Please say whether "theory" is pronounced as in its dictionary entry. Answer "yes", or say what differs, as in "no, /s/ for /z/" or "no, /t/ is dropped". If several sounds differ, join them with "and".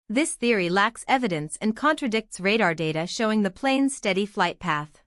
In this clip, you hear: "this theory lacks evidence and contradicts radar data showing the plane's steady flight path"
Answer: yes